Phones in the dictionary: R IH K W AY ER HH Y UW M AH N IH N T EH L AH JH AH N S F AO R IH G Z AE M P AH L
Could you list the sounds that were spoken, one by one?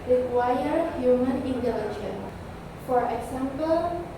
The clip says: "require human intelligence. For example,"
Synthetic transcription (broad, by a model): R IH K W AY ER HH Y UW M AH N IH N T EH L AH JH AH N F AO R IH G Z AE M P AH L